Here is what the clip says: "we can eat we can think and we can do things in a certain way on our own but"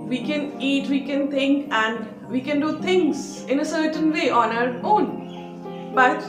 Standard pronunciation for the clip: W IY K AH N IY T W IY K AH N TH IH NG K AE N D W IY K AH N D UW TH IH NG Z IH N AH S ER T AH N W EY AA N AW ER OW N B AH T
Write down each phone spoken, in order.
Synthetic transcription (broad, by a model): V IY K AH N IY T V IY K AH N T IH NG K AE N D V IY K AH N D UW T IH NG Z IH N AH S ER T AH N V EY AA N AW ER OW N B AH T